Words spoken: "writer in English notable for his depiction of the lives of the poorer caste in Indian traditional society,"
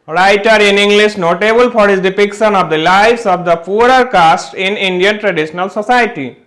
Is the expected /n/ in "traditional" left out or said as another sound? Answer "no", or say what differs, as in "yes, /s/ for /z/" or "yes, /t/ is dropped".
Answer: no